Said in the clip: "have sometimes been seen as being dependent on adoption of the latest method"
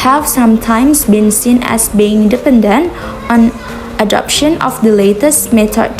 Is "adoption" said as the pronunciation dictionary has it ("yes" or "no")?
yes